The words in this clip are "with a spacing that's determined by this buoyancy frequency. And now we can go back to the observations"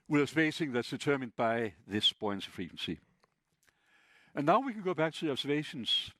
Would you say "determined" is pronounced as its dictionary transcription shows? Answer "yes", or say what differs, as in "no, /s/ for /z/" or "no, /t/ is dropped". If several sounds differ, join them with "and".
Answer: yes